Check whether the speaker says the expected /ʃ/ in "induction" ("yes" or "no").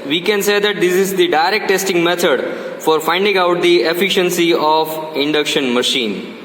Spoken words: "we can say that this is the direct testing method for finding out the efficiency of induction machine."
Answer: yes